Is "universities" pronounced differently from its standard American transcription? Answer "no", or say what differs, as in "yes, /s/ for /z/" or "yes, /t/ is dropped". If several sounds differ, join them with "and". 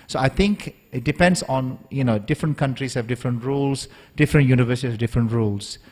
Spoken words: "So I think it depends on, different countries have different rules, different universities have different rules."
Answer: yes, /z/ is dropped